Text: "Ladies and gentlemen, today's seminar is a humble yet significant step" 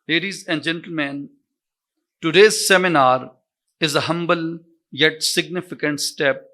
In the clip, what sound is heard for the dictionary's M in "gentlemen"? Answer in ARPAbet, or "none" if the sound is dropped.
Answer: M